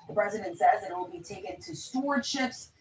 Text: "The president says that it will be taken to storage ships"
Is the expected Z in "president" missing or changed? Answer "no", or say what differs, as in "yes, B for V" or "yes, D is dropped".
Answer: no